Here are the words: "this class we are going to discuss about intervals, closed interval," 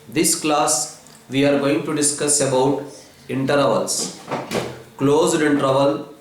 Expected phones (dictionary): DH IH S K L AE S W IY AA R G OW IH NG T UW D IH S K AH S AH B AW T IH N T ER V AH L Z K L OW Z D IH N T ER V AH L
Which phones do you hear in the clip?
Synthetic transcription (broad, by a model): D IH S K L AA S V IY AA R G OW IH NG T UW D IH S K AH S AH B AW T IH N T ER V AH L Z K L OW Z D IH N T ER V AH L